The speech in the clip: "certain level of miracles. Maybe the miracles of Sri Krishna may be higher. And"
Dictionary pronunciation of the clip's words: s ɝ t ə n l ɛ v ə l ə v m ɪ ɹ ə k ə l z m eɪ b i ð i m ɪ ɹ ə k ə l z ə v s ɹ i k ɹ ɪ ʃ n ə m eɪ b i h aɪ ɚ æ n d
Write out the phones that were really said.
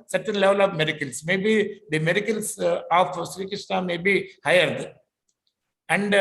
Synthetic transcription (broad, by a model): s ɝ t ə n l ɛ v ə l ə v m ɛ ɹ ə k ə l s m eɪ b i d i m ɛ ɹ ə k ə l s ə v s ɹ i k ɪ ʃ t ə m eɪ b i h aɪ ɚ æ n d